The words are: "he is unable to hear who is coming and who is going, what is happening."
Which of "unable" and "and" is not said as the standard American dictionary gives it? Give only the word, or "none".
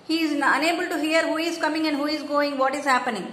none